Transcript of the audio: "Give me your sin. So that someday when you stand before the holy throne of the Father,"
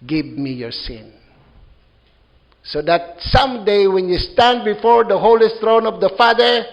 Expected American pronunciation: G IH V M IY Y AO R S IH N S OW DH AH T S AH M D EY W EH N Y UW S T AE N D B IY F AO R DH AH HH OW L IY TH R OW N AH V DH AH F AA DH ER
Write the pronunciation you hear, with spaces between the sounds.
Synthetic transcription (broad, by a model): G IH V M IY Y AO R S IH N S OW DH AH T S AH M D EY W EH N Y UW S T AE N D B IY F AO R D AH HH OW L IY S R OW N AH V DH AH F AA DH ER